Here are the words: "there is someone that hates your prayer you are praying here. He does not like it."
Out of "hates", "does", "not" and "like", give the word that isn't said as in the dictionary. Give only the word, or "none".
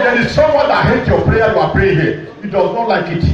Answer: hates